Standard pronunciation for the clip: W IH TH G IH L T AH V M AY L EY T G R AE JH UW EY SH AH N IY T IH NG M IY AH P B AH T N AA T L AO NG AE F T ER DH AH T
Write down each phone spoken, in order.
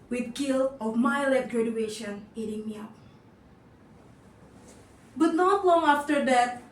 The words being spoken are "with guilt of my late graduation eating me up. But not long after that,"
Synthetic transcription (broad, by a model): W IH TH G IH L AH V M AY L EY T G R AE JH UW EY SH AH N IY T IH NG M IY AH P B AH T N AA T L AO NG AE F T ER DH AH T